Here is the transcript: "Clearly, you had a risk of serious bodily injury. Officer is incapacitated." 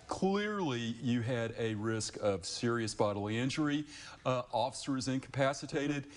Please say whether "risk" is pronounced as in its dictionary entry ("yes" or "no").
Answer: yes